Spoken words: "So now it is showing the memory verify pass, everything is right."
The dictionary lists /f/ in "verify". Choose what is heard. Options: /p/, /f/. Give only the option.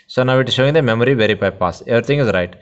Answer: /p/